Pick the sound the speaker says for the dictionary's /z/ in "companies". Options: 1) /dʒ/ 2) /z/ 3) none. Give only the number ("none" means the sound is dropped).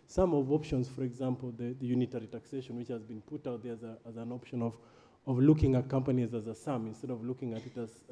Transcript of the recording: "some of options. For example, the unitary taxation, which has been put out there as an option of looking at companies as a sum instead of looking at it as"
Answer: 2